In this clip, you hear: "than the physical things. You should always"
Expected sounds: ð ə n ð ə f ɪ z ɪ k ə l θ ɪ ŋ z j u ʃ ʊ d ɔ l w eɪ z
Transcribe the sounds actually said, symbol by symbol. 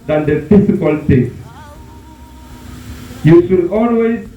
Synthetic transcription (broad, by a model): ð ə n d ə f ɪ s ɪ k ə l t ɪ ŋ j u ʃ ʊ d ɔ l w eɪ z